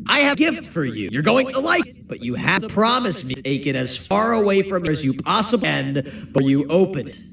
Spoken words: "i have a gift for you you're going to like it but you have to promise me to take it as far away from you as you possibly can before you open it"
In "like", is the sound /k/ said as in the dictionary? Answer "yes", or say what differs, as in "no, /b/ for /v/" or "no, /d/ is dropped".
no, /k/ is dropped